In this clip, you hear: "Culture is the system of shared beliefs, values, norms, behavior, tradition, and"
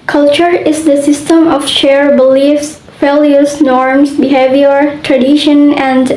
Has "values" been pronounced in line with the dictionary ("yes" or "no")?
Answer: no